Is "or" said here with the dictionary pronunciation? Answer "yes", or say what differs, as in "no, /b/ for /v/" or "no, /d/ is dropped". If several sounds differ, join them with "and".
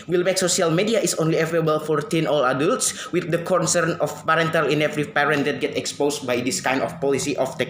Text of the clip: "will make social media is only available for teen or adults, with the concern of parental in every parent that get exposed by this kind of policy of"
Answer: no, /l/ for /ɹ/